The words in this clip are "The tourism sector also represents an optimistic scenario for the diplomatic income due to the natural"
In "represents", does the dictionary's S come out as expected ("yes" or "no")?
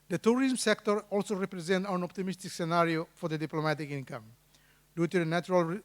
no